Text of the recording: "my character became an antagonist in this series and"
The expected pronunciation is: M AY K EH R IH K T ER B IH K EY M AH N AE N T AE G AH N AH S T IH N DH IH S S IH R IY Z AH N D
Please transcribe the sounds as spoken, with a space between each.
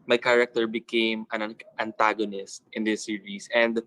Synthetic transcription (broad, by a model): M AY K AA R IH K T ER B IH K EY M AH N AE N T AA G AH N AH S T IH N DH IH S S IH R IY S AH N D